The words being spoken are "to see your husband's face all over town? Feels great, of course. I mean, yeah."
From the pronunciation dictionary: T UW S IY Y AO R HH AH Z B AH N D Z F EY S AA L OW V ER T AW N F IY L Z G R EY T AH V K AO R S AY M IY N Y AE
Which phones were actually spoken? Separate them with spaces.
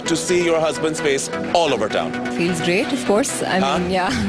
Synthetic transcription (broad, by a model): T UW S IY Y AO R HH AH Z B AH N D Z F EY S AA L OW V ER T AW N F IY L Z G R EY T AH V K AO R S AY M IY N Y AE